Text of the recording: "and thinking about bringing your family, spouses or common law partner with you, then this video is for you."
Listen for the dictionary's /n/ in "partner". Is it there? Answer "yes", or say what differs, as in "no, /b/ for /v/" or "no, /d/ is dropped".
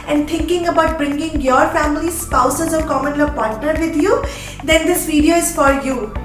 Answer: no, /n/ is dropped